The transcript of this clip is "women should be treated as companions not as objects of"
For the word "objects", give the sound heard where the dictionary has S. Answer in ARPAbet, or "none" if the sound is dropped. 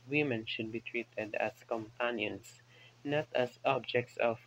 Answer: S